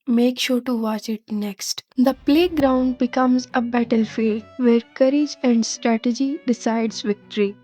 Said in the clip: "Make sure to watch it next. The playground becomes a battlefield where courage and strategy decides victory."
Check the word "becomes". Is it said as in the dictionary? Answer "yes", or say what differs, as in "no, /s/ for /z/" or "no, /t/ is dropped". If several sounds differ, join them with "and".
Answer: yes